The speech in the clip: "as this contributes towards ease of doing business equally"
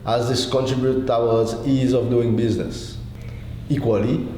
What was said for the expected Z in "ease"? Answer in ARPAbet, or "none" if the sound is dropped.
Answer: Z